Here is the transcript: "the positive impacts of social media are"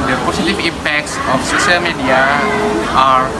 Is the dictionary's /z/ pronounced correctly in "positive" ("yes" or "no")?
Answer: no